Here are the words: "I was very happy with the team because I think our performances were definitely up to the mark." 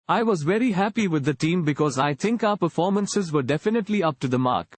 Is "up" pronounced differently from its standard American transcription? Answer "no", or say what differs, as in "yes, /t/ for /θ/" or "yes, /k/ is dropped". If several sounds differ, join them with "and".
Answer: no